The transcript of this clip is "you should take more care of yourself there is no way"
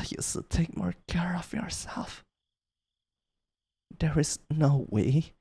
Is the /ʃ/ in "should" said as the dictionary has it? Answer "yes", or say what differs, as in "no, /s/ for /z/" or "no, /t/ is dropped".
no, /s/ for /ʃ/